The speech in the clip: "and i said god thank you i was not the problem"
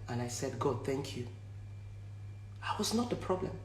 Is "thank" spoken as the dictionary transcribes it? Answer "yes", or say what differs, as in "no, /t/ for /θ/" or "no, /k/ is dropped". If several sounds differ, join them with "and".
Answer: yes